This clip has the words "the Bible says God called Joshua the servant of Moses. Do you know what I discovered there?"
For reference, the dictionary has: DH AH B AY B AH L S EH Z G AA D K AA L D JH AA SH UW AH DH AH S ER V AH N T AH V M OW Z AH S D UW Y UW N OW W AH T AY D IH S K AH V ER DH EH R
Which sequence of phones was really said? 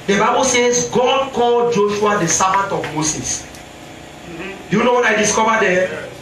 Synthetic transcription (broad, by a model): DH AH B AY B AH L S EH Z G AA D K AA L JH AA SH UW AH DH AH S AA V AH T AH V M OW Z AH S D UW Y UW N OW W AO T AY D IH S K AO V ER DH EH